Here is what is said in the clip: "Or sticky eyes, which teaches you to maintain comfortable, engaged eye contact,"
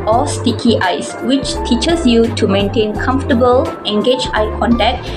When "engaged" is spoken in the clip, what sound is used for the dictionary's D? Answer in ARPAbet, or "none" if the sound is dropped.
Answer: none